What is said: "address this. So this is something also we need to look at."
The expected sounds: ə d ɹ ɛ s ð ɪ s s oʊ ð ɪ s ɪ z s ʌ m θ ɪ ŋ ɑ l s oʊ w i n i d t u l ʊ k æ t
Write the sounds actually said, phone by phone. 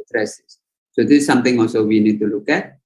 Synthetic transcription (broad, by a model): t ɹ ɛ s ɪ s s oʊ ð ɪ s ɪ s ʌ m t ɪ ŋ ɑ l s oʊ w i n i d t u l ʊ k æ t